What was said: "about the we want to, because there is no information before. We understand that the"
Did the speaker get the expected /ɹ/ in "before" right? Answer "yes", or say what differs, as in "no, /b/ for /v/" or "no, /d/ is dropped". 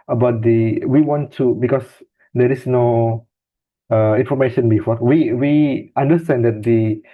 no, /w/ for /ɹ/